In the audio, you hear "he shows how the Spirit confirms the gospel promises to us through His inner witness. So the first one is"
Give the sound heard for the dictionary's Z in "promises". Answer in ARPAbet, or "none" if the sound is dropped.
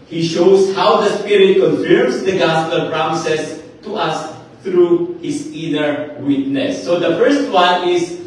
S